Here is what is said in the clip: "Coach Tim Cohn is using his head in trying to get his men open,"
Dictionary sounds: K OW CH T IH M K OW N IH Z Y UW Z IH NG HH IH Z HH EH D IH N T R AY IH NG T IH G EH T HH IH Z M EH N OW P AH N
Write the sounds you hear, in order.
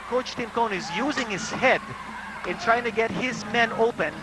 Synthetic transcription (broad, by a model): K OW CH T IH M K OW N IH Z Y UW Z IH NG HH IH Z HH EH D IH N T R AY IH NG T IH G EH T HH IH Z M EH N OW P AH N